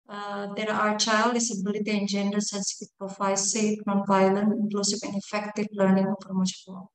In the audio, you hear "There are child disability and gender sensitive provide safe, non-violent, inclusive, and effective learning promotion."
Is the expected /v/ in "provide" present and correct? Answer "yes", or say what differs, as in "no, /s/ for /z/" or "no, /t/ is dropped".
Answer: no, /f/ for /v/